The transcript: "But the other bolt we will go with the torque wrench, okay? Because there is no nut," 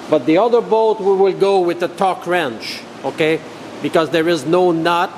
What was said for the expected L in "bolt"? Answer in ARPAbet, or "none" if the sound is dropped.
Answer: none